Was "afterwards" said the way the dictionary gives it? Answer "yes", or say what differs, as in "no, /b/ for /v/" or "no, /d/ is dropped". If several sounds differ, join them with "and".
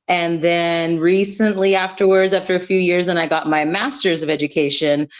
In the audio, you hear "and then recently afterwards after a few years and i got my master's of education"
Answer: yes